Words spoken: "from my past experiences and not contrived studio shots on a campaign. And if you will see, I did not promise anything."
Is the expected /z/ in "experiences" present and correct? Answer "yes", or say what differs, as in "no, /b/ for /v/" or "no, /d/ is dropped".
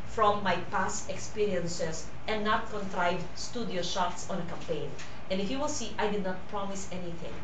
no, /s/ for /z/